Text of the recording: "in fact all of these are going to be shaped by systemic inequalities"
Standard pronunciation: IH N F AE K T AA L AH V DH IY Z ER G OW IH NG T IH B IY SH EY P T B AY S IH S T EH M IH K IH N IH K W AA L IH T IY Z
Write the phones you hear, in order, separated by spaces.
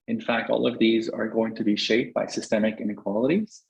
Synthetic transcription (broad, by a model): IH N F AE K T AA L AH V DH IY Z ER G OW IH NG T IH B IY SH EY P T B AY S IH S T EH M IH K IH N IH K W AA L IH T IY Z